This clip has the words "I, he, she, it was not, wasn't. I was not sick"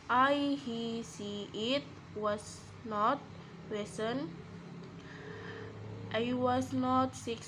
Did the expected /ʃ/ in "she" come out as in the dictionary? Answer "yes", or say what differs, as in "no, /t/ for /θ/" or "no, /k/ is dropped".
no, /s/ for /ʃ/